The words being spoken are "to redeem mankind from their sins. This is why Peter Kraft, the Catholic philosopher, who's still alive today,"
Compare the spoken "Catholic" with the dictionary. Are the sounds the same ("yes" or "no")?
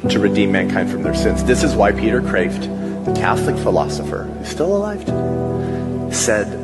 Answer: yes